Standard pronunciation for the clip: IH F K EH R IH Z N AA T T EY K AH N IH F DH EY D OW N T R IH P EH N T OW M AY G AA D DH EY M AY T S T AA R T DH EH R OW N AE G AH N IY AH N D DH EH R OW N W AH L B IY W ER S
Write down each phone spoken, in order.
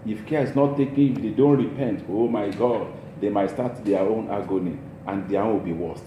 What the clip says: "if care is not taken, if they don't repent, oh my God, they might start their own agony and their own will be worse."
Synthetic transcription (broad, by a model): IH F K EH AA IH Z N AA T T EY K AH N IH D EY D OW N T R IH P EH N T OW M AY G AA D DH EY M AY T S T AA T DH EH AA OW N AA G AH N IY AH N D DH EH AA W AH W B IY W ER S